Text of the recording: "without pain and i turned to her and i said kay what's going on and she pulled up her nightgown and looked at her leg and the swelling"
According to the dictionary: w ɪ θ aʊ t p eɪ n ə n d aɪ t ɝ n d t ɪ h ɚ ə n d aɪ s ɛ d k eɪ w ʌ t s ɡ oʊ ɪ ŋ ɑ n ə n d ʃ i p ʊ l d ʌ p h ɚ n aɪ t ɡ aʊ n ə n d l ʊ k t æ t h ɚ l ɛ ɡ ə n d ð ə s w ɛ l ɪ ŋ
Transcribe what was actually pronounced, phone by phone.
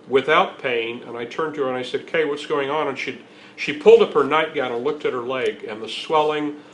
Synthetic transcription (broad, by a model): w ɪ θ aʊ t p eɪ n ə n aɪ t ɝ n t ɪ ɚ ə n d aɪ s ɛ d k eɪ w ʌ t s ɡ oʊ ɪ ŋ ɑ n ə n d ʃ i p ʊ l d ʌ p h ɚ n aɪ t ɡ aʊ n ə n l ʊ k t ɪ t h ɚ l ɛ ɡ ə n ð ə s w ɛ l ɪ ŋ